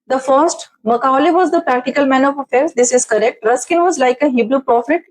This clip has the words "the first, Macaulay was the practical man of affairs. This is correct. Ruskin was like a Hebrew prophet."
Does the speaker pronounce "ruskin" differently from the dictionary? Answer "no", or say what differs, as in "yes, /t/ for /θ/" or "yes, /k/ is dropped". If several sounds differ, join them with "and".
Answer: no